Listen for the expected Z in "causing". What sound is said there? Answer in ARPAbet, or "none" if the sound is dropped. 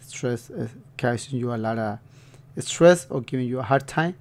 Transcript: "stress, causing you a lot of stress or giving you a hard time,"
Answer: S